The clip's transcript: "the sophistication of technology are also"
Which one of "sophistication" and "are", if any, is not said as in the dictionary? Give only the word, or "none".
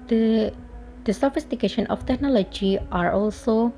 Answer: none